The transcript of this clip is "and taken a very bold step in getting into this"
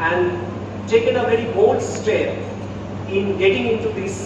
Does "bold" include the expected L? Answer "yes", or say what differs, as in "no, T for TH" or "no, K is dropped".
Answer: no, L is dropped